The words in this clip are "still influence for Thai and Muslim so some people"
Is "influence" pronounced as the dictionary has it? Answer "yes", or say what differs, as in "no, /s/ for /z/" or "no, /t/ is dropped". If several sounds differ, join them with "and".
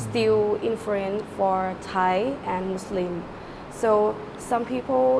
no, /s/ is dropped